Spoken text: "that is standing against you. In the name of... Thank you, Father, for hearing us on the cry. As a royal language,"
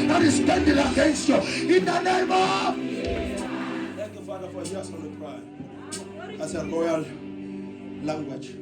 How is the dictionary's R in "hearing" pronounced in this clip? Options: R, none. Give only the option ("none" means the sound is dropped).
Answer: none